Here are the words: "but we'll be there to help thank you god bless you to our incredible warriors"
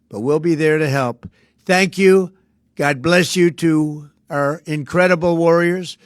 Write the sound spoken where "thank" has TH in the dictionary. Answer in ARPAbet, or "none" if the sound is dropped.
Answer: TH